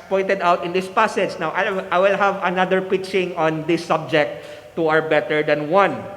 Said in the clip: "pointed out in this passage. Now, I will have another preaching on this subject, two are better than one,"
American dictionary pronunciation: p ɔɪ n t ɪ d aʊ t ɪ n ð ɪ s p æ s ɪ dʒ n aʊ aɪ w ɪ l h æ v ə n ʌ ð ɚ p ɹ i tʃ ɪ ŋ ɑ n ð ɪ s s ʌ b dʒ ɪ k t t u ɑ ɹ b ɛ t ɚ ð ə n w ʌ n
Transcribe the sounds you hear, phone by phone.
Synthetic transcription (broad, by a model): p ɔɪ n t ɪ d aʊ t ɪ n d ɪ s p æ s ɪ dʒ n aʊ aɪ w ɪ l h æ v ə n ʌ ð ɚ p i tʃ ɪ ŋ ɑ n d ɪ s s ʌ b dʒ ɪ k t t u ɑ ɹ b ɛ t ɚ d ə n w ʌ n